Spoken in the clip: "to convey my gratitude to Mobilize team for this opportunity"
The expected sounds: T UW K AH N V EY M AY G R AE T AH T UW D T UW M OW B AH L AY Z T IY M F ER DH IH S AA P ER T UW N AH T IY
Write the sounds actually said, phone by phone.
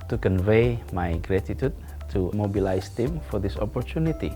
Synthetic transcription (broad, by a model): T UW K AH N V EY M AY G R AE T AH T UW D T UW M OW B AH L AY S T IY M F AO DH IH S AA P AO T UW N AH T IY